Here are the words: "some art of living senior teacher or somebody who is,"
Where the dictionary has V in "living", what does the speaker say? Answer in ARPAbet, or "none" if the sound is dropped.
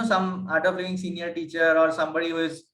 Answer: none